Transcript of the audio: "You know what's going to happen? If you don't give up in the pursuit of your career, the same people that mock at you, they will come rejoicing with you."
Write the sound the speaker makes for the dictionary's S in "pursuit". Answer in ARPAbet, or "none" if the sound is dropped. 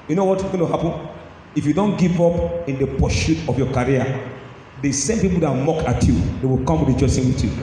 SH